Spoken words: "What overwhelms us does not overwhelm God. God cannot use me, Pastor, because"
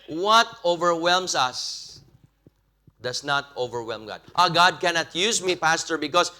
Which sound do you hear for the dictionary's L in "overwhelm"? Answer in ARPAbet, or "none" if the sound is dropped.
L